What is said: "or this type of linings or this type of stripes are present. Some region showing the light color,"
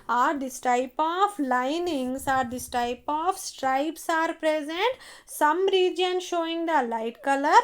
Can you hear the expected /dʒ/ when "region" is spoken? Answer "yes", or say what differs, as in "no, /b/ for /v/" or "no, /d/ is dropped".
yes